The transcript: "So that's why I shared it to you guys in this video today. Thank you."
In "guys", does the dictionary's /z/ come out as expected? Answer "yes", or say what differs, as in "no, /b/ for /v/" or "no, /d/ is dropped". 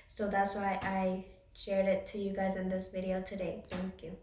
yes